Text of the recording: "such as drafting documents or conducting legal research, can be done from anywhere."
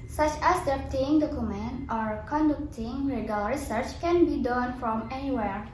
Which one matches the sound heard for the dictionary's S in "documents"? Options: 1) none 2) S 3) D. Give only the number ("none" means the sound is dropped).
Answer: 1